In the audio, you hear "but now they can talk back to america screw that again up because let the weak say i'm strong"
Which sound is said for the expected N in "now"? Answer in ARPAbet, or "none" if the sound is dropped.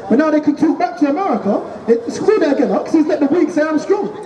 N